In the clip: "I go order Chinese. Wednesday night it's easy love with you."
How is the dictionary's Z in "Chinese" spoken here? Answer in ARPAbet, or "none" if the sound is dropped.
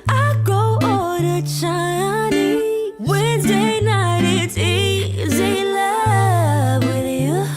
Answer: none